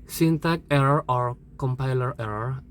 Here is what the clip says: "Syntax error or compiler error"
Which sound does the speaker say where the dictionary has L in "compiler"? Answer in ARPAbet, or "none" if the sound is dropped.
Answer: L